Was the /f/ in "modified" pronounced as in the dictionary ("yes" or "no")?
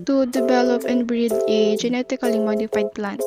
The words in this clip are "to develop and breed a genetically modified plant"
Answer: yes